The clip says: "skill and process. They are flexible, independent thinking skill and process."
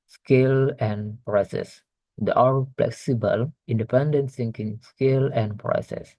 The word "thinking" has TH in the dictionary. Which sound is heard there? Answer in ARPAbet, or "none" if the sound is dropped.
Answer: S